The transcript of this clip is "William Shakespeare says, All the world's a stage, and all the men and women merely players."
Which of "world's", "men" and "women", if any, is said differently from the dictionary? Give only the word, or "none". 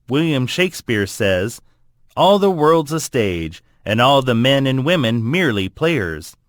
none